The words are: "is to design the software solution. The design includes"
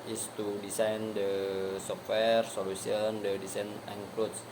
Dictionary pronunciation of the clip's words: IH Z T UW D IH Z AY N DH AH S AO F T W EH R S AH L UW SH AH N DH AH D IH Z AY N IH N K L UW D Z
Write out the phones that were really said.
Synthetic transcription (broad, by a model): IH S T UW D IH S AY N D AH S AO F T W EH R S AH L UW S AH N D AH D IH S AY N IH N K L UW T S